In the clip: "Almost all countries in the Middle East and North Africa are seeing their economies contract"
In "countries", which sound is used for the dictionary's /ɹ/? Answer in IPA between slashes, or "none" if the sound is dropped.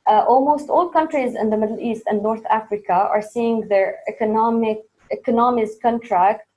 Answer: /ɹ/